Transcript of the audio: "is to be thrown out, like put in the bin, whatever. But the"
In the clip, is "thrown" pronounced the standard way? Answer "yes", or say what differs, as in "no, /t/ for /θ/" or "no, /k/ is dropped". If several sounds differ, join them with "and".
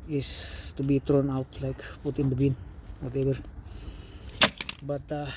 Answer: no, /t/ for /θ/